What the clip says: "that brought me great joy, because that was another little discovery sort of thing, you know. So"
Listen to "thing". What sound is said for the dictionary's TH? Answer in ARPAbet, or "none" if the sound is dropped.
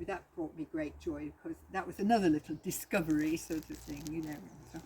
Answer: TH